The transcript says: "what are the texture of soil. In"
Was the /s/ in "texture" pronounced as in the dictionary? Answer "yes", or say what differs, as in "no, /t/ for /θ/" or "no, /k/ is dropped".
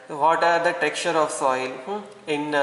no, /s/ is dropped